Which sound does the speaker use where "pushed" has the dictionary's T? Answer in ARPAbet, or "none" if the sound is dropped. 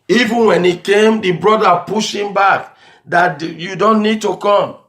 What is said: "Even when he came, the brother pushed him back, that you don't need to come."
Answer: none